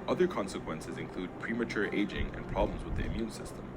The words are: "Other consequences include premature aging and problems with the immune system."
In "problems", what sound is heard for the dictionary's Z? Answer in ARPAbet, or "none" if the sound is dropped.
Z